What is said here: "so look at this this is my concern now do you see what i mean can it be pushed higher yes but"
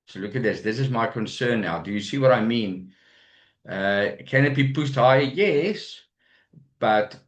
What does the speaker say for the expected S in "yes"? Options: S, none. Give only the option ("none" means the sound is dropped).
S